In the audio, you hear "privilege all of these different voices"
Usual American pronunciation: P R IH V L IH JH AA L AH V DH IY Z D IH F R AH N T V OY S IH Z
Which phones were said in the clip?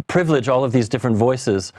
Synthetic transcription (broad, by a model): P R IH V L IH JH AA L AH V DH IY Z D IH F R AH N T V OY S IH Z